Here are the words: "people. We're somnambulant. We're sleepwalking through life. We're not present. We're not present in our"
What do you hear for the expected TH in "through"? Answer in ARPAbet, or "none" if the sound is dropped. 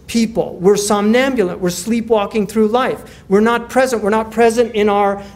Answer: TH